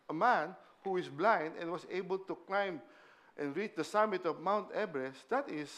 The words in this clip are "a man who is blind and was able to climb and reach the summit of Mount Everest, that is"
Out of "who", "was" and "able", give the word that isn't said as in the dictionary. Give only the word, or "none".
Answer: was